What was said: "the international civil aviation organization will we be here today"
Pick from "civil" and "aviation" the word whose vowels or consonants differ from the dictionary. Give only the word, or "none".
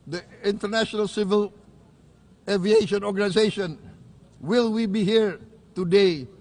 none